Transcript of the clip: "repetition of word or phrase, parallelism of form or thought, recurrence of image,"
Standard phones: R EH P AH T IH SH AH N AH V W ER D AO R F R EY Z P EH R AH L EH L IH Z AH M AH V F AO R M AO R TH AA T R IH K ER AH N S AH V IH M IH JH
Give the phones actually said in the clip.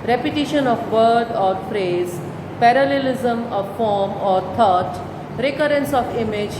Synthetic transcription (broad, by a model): R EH P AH T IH SH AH N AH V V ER D AO R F R EY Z P EH R AH L EH L IH Z AH M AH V F AO R M AO R T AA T R IH K ER AH N S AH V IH M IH JH